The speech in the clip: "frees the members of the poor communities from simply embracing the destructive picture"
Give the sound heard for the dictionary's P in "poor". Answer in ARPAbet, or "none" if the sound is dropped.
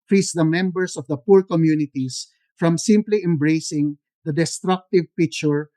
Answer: P